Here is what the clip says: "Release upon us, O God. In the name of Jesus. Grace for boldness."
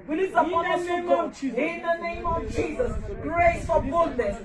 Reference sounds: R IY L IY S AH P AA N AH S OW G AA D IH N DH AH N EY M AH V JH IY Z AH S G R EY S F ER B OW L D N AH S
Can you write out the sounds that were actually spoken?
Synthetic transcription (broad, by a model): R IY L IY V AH AA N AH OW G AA IH N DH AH N EY M AH V JH IY Z AH S G R EY S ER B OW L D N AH S